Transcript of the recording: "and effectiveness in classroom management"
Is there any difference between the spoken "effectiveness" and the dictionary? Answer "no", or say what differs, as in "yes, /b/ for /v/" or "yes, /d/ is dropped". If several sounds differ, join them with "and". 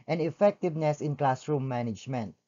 no